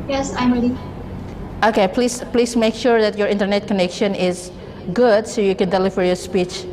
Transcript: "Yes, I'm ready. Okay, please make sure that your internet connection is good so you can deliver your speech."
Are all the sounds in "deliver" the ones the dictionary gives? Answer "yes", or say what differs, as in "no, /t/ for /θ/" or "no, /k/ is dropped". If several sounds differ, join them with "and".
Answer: no, /f/ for /v/